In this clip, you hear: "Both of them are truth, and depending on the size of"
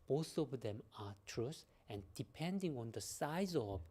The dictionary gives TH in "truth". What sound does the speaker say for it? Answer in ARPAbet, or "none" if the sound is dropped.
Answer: S